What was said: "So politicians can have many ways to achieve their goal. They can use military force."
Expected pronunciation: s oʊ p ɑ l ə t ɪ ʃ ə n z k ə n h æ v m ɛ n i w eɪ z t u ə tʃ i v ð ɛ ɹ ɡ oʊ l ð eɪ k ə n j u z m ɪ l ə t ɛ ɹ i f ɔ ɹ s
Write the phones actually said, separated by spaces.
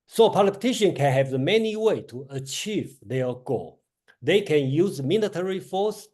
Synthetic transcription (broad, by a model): s oʊ p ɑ l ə t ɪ ʃ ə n k ə n h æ v m ɛ n i w eɪ t u ə tʃ i v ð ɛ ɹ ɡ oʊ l ð eɪ k ə n j u z m ɪ l ə t ɛ ɹ i f ɔ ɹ s